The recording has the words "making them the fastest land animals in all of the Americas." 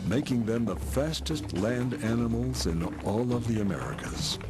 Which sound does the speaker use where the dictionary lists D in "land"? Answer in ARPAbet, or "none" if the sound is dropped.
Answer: D